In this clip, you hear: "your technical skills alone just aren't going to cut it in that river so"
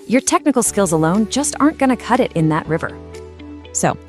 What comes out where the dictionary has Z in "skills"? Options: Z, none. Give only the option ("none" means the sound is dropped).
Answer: Z